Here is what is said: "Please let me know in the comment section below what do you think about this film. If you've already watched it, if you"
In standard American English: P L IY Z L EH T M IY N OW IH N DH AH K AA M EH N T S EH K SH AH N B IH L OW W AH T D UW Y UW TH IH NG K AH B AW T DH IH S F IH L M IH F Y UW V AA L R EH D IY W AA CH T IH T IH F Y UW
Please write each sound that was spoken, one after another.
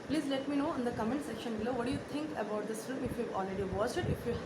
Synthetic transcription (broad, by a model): P L IY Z L EH T M IY N OW IH N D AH K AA M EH N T S EH K SH AH N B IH L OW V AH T D UW Y UW T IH NG K AH B AW T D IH S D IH M IH F Y UW V AA L R EH D IY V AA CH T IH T IH F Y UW